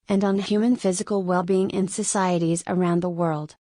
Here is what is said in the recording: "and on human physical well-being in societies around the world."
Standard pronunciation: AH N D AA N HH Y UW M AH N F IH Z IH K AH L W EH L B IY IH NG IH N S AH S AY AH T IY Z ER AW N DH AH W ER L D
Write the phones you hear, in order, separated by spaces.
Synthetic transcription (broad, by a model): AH N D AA N HH Y UW M AH N F IH Z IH K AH L W EH L B IY IH NG IH N S AH S AY AH T IY Z ER AW N DH AH W ER L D